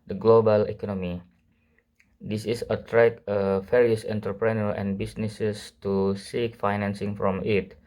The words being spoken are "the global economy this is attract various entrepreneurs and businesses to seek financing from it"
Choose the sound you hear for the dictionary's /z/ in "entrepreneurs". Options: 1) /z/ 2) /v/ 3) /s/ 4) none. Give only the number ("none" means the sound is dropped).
4